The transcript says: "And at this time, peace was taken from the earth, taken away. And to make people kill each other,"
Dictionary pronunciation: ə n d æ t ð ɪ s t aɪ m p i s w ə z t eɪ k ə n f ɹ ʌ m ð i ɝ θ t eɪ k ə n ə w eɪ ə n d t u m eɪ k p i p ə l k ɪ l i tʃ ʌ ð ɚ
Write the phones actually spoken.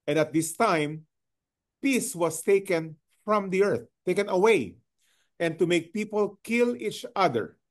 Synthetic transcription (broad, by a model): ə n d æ t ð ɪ s t aɪ m p i s w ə s t eɪ k ə n f ɹ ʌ m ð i ɝ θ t eɪ k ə n ə w eɪ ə n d t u m eɪ k p i p ə l k ɪ l i tʃ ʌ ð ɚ